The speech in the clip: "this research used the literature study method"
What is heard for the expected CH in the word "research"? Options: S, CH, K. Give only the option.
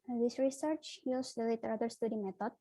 CH